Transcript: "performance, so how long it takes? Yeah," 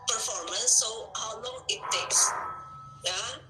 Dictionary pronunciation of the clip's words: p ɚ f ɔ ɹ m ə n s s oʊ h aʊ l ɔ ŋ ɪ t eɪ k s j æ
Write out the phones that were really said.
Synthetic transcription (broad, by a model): p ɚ f ɔ ɹ m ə n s s oʊ h aʊ l ɔ ŋ ɪ t eɪ k s j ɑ